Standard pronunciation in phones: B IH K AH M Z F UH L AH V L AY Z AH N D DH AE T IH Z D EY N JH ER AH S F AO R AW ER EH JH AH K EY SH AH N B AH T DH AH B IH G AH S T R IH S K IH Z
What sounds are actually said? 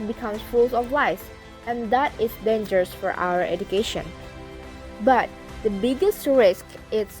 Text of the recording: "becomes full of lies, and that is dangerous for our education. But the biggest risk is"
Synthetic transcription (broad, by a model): B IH K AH M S F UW L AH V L AY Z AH N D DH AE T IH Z D EY N JH ER AH S F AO R AW ER EH JH AH K EY SH AH N B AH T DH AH B IH G AH S T R IH S K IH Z